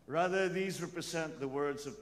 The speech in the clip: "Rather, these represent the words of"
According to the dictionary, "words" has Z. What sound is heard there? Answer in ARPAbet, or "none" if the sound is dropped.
Z